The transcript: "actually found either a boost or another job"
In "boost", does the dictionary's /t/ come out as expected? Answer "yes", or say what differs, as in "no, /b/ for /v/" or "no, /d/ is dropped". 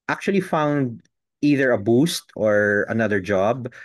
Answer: yes